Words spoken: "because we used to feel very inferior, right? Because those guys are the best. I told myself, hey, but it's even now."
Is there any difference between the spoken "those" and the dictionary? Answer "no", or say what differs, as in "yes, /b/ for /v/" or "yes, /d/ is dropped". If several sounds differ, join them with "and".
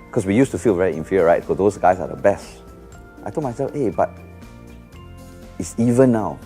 yes, /s/ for /z/